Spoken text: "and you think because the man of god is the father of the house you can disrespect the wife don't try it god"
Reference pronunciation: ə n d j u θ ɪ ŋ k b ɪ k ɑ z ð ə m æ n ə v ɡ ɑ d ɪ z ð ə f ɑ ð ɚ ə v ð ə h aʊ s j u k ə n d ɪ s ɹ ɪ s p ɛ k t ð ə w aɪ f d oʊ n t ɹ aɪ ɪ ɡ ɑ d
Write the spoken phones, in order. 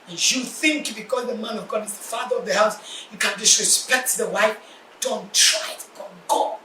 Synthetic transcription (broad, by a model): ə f j u θ ɪ ŋ k b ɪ k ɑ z ð ə m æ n ə v ɡ ɑ d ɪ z ð ə f ɑ ð ɚ ə v ð ə h aʊ s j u k ə n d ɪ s ɹ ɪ s p ɛ k t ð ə w aɪ f d oʊ n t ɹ aɪ ɪ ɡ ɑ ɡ